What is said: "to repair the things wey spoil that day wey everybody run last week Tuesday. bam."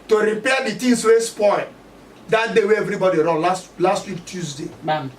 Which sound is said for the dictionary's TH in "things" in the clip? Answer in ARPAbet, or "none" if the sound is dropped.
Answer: T